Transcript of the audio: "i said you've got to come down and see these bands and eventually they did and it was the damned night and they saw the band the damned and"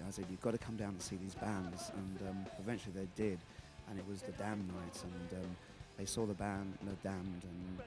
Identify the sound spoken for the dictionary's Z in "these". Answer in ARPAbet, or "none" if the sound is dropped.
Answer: Z